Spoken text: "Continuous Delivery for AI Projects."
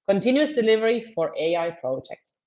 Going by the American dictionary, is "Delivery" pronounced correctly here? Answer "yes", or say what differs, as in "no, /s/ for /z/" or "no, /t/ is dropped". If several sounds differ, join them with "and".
yes